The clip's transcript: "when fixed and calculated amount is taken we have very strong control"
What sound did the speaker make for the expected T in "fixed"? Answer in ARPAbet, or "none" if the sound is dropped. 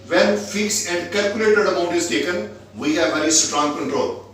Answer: none